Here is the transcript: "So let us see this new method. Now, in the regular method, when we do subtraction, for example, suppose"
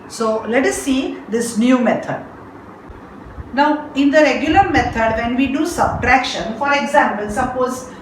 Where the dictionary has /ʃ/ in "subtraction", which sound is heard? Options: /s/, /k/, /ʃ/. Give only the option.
/ʃ/